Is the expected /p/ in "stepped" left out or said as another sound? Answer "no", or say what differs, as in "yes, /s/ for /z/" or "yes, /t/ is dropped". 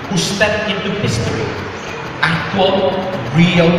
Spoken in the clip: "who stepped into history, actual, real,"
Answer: yes, /p/ is dropped